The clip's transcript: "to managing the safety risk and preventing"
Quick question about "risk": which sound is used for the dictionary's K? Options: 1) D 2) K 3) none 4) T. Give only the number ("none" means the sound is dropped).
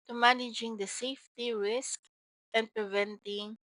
2